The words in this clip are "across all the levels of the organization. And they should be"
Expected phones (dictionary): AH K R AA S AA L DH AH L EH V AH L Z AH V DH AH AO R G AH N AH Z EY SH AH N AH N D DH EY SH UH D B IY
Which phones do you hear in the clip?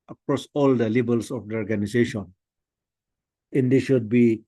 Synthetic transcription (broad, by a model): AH K R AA S AA L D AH L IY B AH L S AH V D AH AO R G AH N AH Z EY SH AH N AH N D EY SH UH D B IY